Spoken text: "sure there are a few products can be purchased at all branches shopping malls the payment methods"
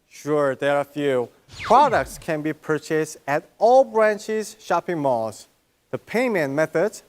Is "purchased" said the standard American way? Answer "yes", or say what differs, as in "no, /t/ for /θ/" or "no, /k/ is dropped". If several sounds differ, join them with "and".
yes